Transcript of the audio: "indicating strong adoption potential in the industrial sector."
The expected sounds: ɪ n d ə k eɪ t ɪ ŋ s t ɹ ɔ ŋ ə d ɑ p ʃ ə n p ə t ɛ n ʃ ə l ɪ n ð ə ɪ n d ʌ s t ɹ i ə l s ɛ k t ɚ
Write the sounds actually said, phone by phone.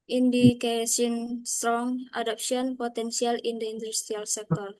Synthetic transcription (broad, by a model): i n d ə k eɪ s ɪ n s t ɹ ɔ ŋ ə d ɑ p s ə n p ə t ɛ n s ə l ɪ n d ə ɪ n d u s t ɹ i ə l s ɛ k t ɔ